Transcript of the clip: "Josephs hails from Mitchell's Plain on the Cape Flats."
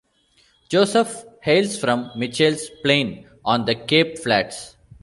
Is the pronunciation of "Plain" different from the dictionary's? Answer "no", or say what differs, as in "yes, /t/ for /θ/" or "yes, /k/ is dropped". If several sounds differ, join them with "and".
no